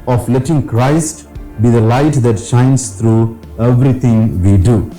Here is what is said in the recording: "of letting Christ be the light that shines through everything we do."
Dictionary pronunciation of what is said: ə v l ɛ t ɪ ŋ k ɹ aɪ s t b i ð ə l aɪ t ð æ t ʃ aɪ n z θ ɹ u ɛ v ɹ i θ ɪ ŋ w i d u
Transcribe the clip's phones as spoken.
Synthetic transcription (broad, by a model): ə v l ɛ t ɪ ŋ k ɹ aɪ s t b i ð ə l aɪ t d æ t ʃ aɪ n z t ɹ u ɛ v ɹ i t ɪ ŋ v i d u